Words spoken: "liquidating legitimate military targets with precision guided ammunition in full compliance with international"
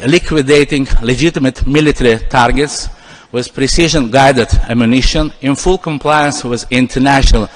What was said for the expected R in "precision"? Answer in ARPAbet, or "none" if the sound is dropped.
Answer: R